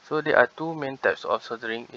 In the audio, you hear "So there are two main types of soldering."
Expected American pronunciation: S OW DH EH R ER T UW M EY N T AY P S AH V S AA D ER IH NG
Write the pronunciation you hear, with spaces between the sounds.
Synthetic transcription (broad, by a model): S OW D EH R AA T UW M EY N T AY P S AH F S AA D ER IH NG